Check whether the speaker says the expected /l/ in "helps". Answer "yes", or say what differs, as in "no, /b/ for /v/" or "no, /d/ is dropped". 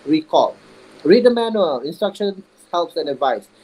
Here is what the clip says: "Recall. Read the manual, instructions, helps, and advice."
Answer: yes